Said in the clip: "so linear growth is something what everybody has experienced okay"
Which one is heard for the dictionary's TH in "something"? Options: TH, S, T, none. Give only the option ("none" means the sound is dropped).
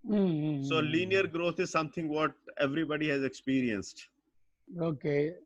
T